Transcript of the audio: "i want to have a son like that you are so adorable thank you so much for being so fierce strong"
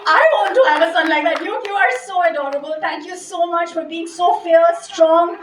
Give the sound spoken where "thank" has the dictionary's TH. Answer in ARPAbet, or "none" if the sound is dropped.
T